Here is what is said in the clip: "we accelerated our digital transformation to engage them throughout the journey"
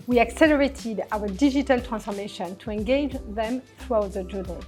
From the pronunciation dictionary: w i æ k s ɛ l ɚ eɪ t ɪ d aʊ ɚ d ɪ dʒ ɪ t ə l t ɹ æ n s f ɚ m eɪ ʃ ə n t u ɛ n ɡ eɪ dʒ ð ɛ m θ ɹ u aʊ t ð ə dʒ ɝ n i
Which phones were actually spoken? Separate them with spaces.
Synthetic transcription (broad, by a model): w i æ k s ɛ l ɚ eɪ t ɪ d aʊ ɚ d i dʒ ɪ t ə l t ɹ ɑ n s f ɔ m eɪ ʃ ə n t u ɛ n ɡ eɪ dʒ ð ɛ m θ ɹ u aʊ t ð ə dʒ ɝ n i